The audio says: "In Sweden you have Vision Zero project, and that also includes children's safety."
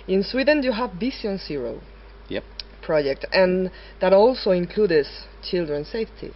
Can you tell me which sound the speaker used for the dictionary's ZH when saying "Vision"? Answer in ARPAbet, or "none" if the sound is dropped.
S